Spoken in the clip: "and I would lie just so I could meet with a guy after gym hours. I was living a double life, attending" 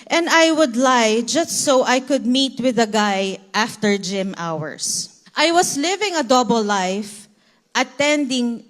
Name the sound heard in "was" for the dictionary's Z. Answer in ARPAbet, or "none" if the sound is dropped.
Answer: S